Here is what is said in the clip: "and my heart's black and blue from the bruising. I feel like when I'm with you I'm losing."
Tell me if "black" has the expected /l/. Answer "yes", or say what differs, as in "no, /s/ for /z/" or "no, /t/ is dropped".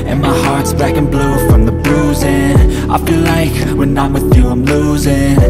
no, /l/ is dropped